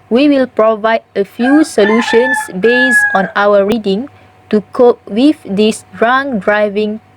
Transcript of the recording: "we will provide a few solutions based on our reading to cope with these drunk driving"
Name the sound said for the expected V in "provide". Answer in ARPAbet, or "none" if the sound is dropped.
V